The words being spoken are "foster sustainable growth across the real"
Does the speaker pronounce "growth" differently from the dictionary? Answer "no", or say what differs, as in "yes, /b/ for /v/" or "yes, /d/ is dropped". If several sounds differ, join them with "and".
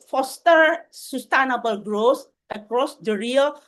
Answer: yes, /s/ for /θ/